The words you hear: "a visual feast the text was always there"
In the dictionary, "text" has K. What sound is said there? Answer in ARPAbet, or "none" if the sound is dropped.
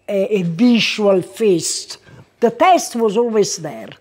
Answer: none